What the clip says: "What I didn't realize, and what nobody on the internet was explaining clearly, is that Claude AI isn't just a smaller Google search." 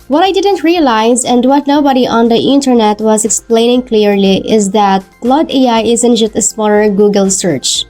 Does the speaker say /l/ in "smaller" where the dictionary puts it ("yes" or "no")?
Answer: no